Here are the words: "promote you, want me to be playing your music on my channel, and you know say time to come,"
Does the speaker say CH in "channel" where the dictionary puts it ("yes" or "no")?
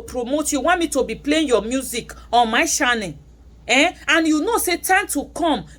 no